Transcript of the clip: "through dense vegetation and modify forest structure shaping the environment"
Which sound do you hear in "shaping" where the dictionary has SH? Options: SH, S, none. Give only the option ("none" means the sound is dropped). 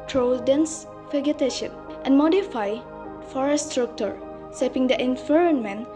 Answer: S